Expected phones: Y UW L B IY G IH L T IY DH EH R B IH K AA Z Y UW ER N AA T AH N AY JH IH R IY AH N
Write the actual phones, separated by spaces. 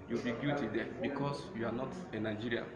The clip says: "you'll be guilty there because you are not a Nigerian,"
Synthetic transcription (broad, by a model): Y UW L B IY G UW T IY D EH B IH K AA S Y UW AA N AA T AH N AY JH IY R IY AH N